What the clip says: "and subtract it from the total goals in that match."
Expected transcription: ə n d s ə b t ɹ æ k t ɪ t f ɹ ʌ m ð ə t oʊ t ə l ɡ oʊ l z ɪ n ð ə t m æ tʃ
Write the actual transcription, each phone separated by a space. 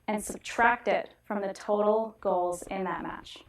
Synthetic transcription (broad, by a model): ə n s ə b t ɹ æ k t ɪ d f ɹ ʌ m ð ə t oʊ t l ɡ oʊ l z ɪ n ð ə t m æ tʃ